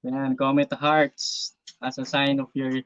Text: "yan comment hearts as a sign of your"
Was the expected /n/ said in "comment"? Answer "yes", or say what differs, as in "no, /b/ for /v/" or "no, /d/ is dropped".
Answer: no, /n/ is dropped